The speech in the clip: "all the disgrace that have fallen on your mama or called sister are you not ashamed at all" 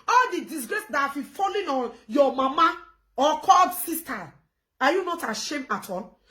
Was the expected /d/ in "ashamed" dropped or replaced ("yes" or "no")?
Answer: yes